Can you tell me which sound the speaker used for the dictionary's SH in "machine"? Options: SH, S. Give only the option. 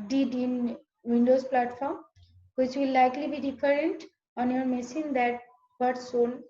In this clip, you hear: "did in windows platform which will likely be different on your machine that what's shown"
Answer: S